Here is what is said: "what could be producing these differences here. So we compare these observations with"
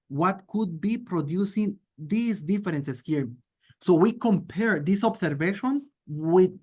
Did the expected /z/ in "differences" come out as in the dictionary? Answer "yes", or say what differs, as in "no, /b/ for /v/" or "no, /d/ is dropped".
no, /s/ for /z/